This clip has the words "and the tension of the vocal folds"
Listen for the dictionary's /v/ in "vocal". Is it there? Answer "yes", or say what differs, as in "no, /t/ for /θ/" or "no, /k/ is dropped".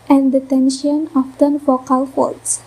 no, /f/ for /v/